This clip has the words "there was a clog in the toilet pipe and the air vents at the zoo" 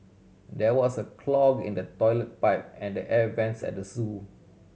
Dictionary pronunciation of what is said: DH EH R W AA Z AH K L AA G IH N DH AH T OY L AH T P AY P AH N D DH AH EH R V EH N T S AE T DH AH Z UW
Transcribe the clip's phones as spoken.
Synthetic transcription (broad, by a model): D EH W AA S AH K L AA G IH N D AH T OY L AH T P AY P AH N D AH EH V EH N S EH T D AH S UW